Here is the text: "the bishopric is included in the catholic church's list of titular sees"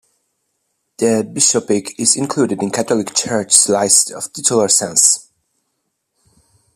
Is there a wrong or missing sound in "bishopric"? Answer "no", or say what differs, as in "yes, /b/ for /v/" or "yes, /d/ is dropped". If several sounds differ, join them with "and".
yes, /ɹ/ is dropped